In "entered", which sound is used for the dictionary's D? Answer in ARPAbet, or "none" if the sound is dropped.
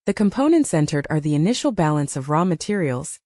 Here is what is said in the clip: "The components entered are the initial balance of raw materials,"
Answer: D